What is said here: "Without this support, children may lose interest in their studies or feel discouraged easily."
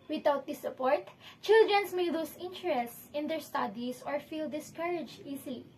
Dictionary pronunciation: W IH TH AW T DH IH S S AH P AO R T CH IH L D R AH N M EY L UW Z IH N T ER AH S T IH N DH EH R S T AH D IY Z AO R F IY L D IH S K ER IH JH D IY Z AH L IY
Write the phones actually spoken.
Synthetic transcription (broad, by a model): W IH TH AW T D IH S S AH P AO R T CH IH L D R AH N M EY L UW S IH N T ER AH S T IH N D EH R S T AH D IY S AO R F IY L D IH S K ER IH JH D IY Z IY